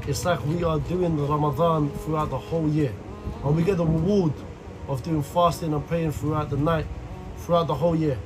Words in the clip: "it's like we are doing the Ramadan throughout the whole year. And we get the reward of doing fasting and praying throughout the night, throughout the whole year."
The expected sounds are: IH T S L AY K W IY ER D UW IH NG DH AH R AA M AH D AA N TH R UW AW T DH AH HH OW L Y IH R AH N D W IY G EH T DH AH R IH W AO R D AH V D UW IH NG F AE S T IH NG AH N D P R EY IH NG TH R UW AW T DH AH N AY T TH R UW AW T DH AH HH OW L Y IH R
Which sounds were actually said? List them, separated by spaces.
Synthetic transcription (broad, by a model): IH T S L AY K W IY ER D UW IH NG DH AH R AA M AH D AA N TH R UW AW T DH AH HH OW L Y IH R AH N W IY G EH T DH AH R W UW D AH V D UW IH NG F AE S T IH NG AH N P EY IH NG TH R UW AW T DH AH N AY T TH R UW AW T DH AH HH OW L Y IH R